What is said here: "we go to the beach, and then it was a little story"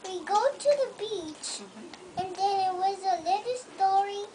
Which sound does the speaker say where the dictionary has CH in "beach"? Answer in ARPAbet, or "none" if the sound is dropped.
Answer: CH